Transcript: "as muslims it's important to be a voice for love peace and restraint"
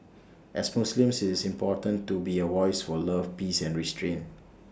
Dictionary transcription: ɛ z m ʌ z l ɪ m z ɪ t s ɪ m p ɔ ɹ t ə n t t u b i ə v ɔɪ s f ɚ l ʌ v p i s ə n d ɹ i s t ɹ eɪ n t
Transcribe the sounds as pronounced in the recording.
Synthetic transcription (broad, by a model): ɛ s m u s l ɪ m s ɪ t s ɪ m p ɔ t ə n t t u b i ə w ɔɪ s f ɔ l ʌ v p i s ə n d ɹ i s t ɹ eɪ n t